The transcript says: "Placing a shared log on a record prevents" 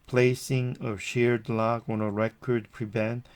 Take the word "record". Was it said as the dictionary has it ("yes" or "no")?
yes